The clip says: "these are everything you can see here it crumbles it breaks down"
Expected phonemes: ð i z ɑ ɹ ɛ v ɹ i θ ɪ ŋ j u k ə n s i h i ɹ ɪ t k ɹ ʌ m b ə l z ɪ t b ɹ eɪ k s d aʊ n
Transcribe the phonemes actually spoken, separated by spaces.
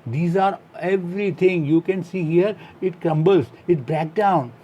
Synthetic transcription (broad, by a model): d i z ɑ ɹ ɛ v ɹ i t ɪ ŋ j u k ə n s i h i ɹ ɪ t k ɹ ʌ m b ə l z ɪ t b ɹ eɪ k d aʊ n